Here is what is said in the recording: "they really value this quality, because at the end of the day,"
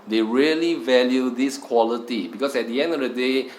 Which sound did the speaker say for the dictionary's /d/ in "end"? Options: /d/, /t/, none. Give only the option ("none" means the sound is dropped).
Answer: /d/